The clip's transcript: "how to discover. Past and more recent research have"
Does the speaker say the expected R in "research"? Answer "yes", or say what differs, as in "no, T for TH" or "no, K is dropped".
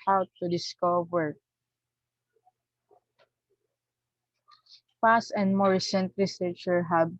no, L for R